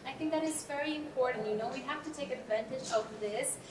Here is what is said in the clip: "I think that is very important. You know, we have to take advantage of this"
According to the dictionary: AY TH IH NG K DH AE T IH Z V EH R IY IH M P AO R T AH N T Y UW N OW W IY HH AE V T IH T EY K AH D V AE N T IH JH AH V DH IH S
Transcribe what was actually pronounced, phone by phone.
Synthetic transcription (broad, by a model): AY TH IH NG K DH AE T IH Z V EH R IY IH M P AO R T N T Y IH N OW W IY HH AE F T IH T EY K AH D V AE N T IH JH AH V DH IH S